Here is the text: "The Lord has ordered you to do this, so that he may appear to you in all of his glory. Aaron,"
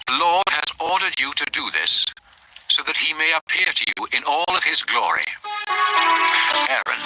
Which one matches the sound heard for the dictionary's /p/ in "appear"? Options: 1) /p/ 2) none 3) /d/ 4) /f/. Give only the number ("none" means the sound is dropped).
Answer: 1